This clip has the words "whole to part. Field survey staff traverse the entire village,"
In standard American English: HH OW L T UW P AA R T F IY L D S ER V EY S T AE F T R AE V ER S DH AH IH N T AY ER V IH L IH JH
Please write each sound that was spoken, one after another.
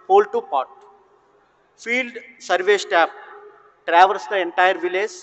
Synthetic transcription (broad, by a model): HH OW L T UW P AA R T F IY L D S ER V EY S T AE P T R AE V ER S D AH IH N T AY ER V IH L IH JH